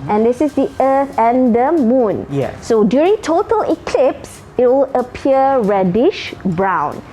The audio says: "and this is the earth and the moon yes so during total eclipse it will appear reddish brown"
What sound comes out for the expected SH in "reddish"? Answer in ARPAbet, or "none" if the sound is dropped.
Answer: SH